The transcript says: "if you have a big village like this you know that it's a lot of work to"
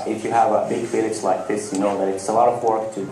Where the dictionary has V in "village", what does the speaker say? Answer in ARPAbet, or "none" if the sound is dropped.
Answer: F